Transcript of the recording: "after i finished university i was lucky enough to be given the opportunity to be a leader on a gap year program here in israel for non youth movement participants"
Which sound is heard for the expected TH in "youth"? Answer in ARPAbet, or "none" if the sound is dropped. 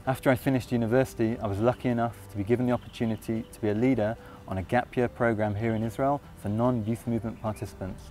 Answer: TH